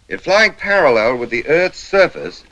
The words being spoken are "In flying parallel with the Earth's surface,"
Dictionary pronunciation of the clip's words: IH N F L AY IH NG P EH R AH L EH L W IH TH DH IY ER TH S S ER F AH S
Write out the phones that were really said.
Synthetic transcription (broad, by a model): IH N F L AY IH NG P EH R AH L EH L W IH DH IY ER TH S S ER F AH S